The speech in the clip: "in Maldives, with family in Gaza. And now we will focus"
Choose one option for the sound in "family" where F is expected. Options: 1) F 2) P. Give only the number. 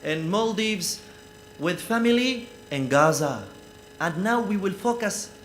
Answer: 1